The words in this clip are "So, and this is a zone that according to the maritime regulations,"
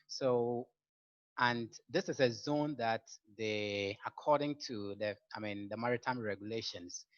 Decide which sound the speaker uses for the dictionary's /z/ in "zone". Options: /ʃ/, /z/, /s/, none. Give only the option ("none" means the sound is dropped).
/z/